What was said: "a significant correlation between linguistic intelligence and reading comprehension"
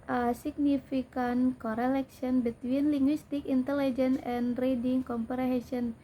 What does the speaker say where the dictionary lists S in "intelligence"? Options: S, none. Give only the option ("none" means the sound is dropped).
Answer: none